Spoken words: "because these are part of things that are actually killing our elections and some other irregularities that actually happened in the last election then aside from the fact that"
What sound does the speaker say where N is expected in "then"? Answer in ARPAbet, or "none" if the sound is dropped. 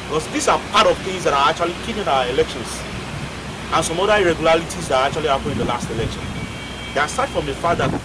none